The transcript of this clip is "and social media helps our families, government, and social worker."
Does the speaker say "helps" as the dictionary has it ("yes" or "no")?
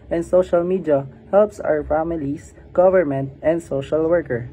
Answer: yes